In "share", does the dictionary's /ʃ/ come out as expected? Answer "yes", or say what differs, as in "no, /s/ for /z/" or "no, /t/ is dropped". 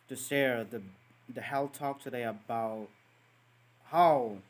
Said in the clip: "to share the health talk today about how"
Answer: no, /s/ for /ʃ/